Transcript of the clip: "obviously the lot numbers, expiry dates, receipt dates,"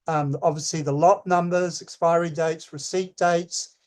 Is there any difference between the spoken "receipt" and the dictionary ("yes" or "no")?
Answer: no